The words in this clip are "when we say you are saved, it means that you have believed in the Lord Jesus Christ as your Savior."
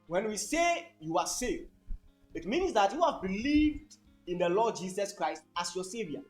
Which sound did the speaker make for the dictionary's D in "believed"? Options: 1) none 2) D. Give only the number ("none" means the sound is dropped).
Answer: 2